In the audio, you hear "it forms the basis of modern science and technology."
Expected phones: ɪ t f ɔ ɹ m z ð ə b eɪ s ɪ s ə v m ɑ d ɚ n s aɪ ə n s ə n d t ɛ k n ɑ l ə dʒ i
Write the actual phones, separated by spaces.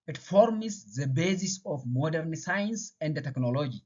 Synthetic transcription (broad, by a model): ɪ t f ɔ ɹ m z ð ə b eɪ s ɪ s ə f m ɑ d ɚ n s aɪ ə n s ə n d t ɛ k n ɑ l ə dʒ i